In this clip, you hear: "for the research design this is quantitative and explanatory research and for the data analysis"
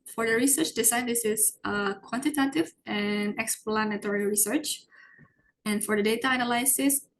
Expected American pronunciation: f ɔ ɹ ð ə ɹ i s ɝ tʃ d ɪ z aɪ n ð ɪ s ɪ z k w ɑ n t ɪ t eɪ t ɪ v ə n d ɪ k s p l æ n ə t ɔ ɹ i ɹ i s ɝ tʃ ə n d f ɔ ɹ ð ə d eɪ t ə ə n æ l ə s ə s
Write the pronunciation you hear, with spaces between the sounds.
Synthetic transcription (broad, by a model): f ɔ ɹ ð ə ɹ i s ɝ tʃ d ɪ s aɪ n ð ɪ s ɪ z k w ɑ n t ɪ t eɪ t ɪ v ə n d ɪ k s p l æ n ə t ɔ ɹ i ɹ i s ɝ tʃ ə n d f ɔ ɹ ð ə d eɪ t ə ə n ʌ l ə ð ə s